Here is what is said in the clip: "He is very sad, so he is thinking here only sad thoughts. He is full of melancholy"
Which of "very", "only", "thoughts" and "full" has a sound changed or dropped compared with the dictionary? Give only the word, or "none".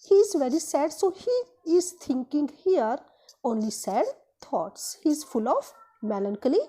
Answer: thoughts